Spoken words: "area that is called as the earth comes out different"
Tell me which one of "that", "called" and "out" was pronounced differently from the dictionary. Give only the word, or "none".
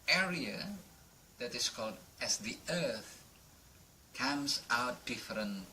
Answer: none